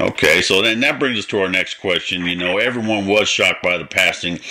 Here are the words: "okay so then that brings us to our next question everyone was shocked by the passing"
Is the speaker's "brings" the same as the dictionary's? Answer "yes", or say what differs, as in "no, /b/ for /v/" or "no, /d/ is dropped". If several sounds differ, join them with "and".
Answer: yes